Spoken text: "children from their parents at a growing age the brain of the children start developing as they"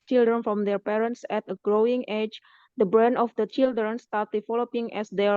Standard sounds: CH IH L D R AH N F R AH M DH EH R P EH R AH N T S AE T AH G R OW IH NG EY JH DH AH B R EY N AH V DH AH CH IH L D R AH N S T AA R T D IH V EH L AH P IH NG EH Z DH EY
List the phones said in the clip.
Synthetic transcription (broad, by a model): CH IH L D R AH N F R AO M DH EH R P EH R AH N T S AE T AH G R OW IH NG EY JH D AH B R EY N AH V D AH CH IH L D R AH N S T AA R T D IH F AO L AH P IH NG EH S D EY